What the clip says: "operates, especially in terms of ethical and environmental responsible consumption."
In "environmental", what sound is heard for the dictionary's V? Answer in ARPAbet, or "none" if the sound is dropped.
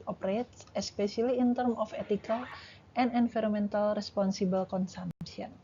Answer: F